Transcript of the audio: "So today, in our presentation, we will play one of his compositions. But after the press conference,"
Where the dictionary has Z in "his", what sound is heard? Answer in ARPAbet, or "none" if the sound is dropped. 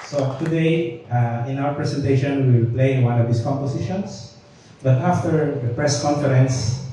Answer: S